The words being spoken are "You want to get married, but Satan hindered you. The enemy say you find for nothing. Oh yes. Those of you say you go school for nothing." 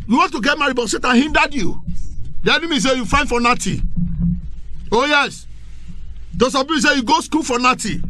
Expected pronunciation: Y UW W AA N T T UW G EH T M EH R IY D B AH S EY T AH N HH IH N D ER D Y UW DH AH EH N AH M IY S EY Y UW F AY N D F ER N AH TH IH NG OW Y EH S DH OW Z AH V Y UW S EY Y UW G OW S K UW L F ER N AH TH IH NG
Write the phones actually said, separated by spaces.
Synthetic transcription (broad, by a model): Y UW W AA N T T UW G EH T M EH R IY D B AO S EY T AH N HH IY N D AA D Y UW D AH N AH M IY S EY Y UW F AY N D F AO N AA T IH OW Y EH S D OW S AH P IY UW S EY Y UW G OW S K UW L F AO N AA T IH